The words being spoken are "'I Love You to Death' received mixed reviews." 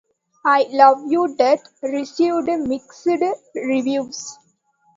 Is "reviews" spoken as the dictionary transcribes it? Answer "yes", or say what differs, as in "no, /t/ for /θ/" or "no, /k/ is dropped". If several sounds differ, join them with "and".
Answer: no, /s/ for /z/